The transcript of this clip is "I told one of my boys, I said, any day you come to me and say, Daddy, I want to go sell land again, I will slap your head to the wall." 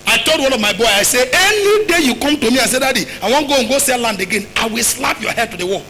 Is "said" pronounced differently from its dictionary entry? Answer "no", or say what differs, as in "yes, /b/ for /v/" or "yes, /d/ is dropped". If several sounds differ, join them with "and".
yes, /d/ is dropped